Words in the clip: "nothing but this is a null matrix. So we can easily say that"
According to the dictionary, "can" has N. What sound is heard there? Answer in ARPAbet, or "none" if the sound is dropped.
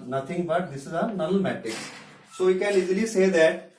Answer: L